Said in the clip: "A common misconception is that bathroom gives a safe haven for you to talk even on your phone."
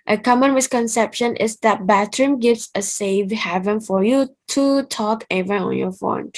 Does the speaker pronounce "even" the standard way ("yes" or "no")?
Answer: no